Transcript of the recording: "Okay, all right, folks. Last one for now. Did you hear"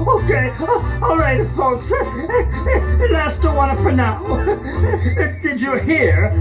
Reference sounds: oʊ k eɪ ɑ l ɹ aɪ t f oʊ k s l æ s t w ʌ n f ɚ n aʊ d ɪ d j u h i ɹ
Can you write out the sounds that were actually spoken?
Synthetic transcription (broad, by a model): oʊ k eɪ ɑ l ɹ aɪ t f oʊ k s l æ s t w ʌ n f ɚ n aʊ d ɪ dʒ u h i ɹ